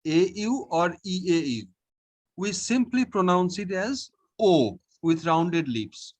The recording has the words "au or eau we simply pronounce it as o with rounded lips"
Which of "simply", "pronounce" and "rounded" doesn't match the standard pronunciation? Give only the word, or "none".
none